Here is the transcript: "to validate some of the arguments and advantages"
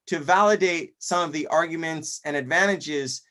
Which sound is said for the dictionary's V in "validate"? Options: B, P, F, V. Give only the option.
V